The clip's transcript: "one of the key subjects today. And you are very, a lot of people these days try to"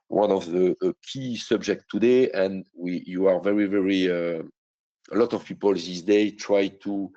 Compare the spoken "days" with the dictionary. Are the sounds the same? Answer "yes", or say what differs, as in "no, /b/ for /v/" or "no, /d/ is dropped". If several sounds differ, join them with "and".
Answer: no, /z/ is dropped